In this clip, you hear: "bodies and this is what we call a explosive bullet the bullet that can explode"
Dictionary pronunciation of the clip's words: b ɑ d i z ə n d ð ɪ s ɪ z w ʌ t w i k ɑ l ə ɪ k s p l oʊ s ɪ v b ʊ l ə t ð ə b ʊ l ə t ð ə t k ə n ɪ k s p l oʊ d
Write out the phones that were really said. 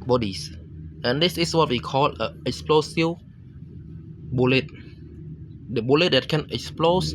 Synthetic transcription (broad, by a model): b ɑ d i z ə n d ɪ s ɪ s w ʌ t w i k ɑ l ə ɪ k s p l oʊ s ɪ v b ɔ l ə t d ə b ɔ l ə t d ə t k ə n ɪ k s p l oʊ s